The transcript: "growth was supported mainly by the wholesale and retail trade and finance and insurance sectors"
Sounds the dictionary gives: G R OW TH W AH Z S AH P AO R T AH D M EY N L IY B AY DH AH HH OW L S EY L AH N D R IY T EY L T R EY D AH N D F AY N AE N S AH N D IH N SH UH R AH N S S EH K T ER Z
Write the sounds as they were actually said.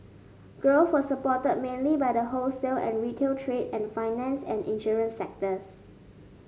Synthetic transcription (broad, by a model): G R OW S W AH S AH P AO T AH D M EY N L IY B AY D AH HH OW L S EY L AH N R IY T EY L T R EY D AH N F AY N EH N S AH N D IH N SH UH R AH N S S EH K T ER S